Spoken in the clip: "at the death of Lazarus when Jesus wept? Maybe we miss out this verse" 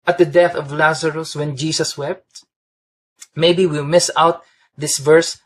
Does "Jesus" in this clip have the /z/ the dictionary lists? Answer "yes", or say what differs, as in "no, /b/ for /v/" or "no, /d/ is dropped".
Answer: no, /s/ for /z/